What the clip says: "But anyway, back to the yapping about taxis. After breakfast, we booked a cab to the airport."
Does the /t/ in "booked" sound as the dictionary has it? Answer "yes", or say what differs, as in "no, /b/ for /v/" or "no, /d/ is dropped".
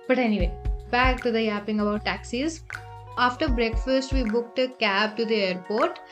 yes